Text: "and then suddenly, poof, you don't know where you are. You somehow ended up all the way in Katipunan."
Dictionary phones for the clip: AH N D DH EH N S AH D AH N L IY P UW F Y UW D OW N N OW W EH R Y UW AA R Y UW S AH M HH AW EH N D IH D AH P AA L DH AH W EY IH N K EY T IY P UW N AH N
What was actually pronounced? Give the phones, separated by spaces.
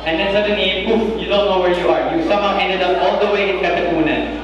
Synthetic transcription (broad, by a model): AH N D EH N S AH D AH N IY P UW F Y UW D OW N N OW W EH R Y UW AA R Y UW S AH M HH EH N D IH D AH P AA L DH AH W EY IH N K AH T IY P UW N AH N